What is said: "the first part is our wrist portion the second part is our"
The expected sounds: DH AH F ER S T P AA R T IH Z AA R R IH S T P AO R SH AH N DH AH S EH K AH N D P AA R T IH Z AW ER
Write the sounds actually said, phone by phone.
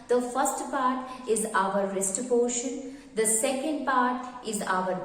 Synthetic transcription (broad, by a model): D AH F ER S T P AA R T IH Z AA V R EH S T B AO SH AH N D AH S EH K AH N D P AA R T IH Z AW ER